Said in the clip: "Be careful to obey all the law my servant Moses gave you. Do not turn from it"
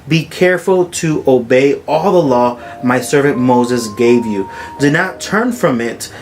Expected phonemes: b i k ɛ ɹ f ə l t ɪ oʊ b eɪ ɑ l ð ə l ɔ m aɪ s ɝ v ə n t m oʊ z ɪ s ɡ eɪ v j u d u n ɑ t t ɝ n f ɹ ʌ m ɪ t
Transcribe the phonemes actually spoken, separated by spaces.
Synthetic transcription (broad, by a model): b i k ɛ ɹ f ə l t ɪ oʊ b eɪ ɑ l ð ə l ɔ m aɪ s ɝ v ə n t m oʊ z ɪ s ɡ eɪ v j u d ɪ n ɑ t t ɝ n f ɹ ʌ m ɪ t